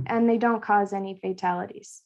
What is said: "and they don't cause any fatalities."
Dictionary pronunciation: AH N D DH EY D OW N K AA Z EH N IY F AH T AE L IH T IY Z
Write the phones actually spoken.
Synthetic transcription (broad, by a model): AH N DH EY D OW N K AA Z EH N IY F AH T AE L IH T IY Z